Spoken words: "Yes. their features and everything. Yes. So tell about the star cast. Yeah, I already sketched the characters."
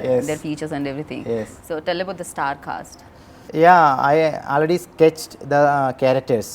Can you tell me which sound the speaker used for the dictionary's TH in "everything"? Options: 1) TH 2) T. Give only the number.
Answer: 2